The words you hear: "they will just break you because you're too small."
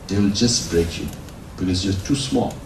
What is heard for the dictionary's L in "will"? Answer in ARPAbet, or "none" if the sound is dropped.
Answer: L